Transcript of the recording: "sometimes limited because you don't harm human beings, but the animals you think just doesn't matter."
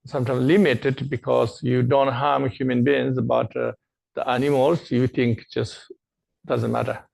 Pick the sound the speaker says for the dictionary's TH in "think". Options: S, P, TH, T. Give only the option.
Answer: T